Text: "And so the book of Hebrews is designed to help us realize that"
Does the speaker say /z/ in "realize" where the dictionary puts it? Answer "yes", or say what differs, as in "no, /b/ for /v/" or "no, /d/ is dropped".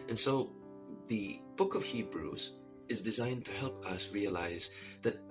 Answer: yes